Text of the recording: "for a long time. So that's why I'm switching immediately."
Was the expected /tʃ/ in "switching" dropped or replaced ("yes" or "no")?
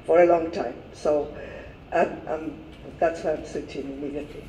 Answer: yes